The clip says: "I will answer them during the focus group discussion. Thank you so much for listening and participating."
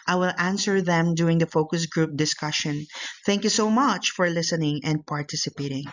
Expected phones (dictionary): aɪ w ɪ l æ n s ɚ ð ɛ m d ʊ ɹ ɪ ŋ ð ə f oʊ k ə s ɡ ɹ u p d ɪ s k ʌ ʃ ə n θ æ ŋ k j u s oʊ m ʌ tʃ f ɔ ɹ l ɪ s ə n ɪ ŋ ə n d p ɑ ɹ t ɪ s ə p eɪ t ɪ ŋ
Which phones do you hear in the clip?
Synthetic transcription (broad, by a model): aɪ w ɪ l æ n s ɚ ð ɛ m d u ɪ ŋ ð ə f oʊ k ə s ɡ ɹ u p d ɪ s k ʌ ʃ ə n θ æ ŋ k j u s oʊ m ʌ tʃ f ɔ ɹ l ɪ s ə n ɪ ŋ ə n d p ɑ ɹ t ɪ s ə p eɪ t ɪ ŋ